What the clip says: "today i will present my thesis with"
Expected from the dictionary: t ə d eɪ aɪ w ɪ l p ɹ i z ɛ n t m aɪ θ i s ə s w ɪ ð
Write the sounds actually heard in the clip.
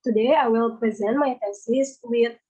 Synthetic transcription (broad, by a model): t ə d eɪ aɪ w ɪ l p ɹ i z ɛ n t m aɪ f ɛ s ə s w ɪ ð